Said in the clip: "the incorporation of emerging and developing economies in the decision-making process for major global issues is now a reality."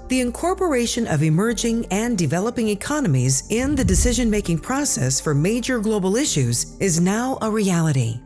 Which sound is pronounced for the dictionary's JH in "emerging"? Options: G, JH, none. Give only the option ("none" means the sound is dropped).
JH